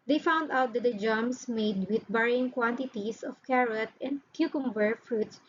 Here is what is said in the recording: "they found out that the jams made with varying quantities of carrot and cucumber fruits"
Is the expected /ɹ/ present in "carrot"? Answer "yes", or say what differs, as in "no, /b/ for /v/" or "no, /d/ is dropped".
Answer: yes